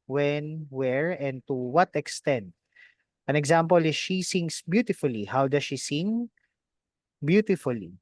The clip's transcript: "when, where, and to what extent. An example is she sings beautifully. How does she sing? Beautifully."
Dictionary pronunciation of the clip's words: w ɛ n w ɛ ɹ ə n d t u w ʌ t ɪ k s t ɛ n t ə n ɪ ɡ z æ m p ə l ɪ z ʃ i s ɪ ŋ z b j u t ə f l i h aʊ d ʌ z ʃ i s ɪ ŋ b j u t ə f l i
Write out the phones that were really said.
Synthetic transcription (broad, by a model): w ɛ n w ɛ ɹ ə n d t u w ʌ t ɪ k s t ɛ n t ə n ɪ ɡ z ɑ m p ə l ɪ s ʃ i s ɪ ŋ s b j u t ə f l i h aʊ d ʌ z ʃ i s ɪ ŋ b j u t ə f l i